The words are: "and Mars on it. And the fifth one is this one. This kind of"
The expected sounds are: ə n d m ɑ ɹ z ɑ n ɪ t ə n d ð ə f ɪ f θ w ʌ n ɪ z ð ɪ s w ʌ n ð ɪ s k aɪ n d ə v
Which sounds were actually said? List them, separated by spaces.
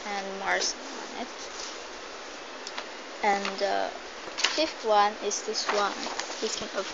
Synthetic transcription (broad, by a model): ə n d m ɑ ɹ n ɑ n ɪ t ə n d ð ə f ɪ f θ w ʌ n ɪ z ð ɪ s w ʌ n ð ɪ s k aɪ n ə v